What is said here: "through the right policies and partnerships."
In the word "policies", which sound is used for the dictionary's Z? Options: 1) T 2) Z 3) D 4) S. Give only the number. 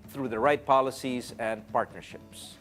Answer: 2